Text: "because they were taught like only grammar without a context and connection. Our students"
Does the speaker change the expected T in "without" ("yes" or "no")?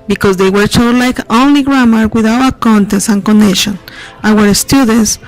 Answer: yes